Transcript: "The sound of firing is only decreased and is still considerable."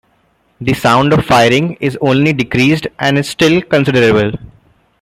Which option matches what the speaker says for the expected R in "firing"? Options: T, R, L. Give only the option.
R